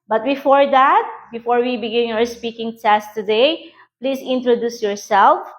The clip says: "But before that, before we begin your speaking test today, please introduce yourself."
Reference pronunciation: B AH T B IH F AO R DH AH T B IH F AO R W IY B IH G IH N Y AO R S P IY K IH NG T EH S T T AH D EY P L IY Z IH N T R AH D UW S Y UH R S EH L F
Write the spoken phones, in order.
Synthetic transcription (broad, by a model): B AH T B IH F AO R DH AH T B IH F AO R W IY B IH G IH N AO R S P IY K IH NG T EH S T T AH D EY P L IY S IH N T R AH D UW S Y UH R S EH L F